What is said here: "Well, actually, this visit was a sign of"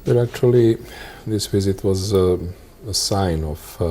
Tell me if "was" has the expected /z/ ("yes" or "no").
yes